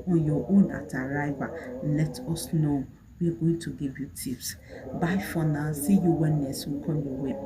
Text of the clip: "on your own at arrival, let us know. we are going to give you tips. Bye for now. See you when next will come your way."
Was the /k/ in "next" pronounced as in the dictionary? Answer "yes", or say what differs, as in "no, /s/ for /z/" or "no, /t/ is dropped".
no, /k/ is dropped